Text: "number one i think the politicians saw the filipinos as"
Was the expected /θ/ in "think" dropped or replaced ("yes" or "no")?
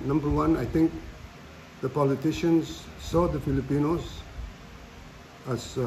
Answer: yes